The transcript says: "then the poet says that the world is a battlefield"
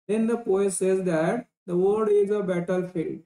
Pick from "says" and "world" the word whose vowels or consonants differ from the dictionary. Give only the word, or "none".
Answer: world